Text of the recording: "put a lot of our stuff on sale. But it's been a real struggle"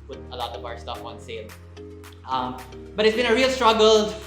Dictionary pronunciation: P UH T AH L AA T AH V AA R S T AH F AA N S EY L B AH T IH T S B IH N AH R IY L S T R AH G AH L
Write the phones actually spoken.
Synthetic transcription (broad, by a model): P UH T AH L AA T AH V AA R S T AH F AA N S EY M B AH T IH T S B IH N AH R IY L S T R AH G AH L